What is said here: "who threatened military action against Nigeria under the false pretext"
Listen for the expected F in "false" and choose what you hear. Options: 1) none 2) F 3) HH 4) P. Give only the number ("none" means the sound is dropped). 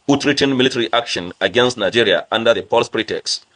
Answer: 4